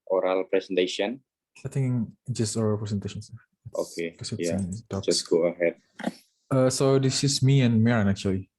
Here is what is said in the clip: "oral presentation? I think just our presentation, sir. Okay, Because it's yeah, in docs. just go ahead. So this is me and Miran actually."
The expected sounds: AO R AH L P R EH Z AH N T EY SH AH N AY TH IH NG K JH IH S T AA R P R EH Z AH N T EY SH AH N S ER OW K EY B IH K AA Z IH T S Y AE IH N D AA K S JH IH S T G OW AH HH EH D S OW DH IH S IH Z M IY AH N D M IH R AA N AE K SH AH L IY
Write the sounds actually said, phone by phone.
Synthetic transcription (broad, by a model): AO R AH L P R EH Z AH N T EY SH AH N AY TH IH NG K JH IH S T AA L P R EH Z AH N T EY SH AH N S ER OW K EY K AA S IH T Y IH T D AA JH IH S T G OW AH HH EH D S OW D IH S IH S M IY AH N M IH R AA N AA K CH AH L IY